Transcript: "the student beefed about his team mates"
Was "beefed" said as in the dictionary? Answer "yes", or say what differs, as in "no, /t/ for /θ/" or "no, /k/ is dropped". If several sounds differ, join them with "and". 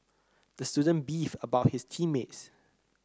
no, /t/ is dropped